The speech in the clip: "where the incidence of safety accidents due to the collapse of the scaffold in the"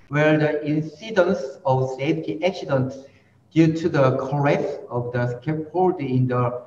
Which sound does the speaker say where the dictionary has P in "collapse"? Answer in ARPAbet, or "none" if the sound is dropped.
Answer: none